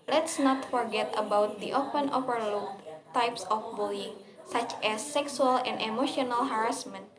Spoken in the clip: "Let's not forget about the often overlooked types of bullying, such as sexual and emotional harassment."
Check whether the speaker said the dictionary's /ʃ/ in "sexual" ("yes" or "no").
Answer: no